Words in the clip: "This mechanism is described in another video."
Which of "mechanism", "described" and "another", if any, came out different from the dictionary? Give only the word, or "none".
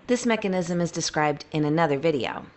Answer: none